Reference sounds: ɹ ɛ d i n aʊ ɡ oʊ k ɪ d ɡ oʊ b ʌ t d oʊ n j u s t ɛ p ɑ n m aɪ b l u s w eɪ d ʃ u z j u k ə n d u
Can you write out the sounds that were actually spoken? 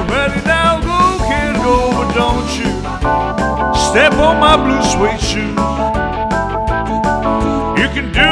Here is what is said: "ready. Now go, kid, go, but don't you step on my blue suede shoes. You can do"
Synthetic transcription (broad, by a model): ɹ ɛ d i n aʊ ɡ oʊ k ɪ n ɡ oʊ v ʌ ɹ d oʊ n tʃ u s t ɛ p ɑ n m aɪ b l u s w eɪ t ʃ u z j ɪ k ə n d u